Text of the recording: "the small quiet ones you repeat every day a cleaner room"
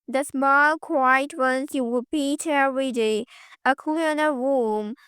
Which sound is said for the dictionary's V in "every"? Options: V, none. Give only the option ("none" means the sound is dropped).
none